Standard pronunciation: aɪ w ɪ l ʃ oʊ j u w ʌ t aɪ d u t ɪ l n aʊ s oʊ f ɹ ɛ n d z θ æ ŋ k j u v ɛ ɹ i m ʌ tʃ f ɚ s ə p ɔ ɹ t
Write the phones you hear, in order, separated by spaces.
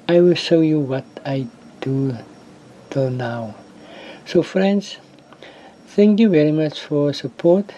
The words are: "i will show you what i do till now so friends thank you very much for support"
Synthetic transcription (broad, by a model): aɪ w ɪ l ʃ oʊ j u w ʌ t aɪ d u t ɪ l n aʊ s oʊ f ɹ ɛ n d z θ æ ŋ k j u v ɛ ɹ i m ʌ tʃ f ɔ s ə p ɔ t